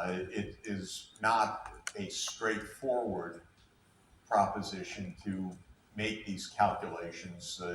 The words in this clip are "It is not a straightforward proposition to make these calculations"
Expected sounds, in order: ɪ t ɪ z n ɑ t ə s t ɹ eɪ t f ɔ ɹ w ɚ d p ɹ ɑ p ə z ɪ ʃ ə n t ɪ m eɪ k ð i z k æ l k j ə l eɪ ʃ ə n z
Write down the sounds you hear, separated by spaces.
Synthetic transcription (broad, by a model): ɪ t ɪ z n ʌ t ə s t ɹ eɪ t f ɔ ɹ w ɚ d p ɹ ɑ p ə z ɪ ʃ ə n t ɪ m eɪ k ð i z k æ l k j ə l eɪ ʃ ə n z